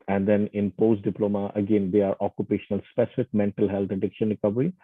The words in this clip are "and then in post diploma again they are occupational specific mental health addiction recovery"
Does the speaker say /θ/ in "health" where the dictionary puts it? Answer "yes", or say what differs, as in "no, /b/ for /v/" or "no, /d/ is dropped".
no, /t/ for /θ/